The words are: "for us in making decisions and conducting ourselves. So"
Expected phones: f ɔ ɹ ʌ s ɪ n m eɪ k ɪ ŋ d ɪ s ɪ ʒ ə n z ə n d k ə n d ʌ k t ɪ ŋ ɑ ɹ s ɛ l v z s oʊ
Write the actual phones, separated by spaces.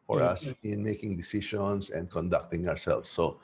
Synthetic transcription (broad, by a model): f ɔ ɹ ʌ s ɪ n m eɪ k ɪ ŋ d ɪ s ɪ ʃ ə n s ə n d k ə n d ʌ k t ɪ ŋ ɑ ɹ s ɛ l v s oʊ